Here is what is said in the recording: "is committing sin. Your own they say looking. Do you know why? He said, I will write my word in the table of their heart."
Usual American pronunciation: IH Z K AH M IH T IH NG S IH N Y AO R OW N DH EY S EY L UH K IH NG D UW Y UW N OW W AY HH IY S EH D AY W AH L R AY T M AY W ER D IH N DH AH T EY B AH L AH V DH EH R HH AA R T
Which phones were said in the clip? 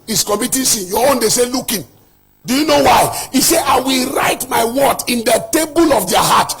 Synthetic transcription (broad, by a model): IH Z K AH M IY T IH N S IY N Y AO OW N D EY S EY L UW K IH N D UW Y UW N OW W AY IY S EH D AY W AH L R AY T M AY W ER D IH N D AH T EY B AH L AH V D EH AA HH AA T